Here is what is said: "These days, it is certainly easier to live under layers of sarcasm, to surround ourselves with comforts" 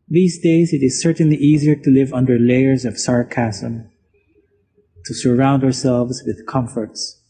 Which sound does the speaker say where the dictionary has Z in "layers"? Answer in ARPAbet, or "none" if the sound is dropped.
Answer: Z